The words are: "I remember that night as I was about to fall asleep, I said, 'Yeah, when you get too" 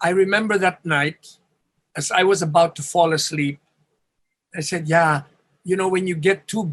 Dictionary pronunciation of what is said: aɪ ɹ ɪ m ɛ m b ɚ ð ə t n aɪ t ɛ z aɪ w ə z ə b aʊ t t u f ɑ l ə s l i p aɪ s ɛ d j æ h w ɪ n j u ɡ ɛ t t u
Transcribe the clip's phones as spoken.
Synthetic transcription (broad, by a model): aɪ ɹ ɪ m ɛ m b ɚ ð ə t n aɪ t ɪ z aɪ w ə z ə b aʊ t t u f ɑ l ə s l i p aɪ s ɛ d j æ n w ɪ n j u ɡ ɛ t t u